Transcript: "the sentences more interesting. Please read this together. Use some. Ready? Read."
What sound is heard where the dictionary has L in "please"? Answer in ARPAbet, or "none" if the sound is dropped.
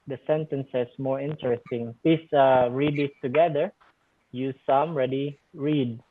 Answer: none